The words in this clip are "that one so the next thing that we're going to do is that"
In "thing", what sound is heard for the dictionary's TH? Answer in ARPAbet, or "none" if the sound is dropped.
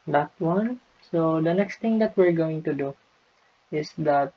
T